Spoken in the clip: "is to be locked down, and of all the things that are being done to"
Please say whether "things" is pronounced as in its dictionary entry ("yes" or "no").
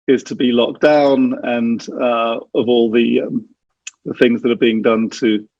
yes